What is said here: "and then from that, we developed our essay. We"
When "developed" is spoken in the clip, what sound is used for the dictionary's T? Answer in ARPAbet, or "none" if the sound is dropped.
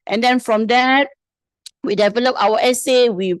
none